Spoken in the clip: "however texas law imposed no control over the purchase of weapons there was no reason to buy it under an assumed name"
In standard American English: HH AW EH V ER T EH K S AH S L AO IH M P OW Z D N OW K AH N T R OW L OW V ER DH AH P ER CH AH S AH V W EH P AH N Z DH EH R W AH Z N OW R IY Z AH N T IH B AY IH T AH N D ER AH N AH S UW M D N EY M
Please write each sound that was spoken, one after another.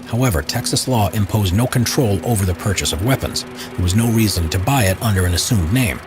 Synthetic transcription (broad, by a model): HH AW EH V ER T EH K S AH S L AO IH M P OW Z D N OW K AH N T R OW L OW V ER DH AH P ER CH AH S AH V W EH P AH N Z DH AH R W AH Z N OW R IY Z AH N T IH B AY IH T AH N D ER AH N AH S UW M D N EY M